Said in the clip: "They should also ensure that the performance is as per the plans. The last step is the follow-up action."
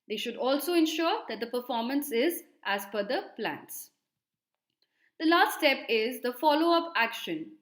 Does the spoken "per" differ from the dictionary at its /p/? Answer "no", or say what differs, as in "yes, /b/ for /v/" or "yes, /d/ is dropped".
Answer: yes, /f/ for /p/